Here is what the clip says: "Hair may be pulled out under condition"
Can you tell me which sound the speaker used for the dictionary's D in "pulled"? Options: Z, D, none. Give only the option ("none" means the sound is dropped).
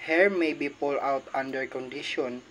none